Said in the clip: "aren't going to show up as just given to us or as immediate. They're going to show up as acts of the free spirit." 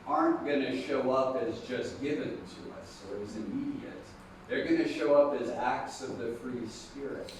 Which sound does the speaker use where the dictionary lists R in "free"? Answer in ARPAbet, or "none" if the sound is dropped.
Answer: R